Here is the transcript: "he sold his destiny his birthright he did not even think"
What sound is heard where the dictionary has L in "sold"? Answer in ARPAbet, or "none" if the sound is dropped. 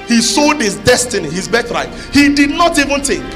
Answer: none